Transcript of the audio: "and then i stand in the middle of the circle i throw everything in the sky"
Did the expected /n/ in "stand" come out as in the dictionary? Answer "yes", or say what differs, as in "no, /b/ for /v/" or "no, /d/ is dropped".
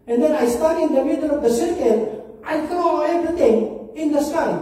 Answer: no, /n/ is dropped